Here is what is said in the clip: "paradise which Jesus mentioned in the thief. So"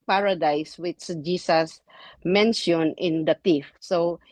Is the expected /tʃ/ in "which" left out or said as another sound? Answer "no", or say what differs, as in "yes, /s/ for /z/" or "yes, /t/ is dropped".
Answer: yes, /s/ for /tʃ/